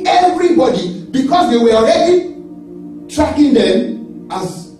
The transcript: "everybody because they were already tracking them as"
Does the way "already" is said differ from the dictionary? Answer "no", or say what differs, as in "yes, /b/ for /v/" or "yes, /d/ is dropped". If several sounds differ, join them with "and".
no